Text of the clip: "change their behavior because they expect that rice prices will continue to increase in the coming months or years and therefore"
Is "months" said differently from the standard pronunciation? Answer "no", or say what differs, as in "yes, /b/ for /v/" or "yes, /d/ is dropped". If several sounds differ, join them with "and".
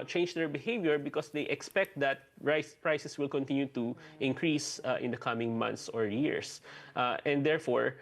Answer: yes, /t/ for /θ/